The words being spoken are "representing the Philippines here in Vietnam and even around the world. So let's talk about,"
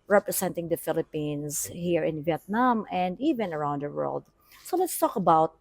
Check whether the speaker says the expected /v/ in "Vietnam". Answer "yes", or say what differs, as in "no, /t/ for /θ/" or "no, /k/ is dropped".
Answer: yes